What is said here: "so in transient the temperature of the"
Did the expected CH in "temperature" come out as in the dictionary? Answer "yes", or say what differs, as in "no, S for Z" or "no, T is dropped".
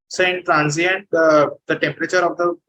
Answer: yes